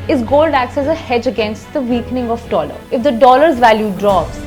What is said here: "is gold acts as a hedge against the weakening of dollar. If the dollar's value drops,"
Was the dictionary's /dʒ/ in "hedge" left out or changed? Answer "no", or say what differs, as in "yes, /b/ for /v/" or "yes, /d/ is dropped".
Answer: no